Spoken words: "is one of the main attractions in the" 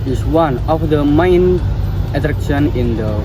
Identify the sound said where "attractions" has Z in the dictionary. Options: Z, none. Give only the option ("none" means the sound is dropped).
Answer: none